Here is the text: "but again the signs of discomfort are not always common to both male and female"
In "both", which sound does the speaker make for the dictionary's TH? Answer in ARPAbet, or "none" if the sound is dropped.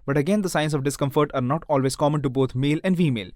T